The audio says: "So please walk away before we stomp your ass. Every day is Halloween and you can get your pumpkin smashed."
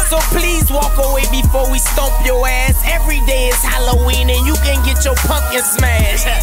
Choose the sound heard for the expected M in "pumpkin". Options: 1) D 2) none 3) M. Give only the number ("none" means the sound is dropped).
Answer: 2